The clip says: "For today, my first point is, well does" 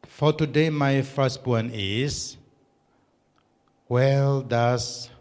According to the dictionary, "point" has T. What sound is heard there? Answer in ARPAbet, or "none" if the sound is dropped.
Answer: none